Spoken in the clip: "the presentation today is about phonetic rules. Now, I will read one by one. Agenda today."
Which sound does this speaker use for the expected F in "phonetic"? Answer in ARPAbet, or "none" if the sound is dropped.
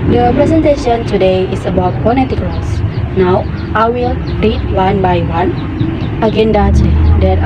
P